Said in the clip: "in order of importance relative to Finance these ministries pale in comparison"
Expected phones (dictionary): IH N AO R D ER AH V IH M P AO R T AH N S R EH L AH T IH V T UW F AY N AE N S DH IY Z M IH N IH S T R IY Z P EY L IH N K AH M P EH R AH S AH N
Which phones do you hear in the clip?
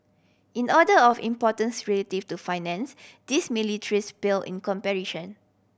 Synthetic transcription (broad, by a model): IH N AO D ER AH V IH M P AO T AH N S R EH L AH T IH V T UW F AY N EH N S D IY S M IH L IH T R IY S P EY L IH N K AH M P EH R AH SH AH N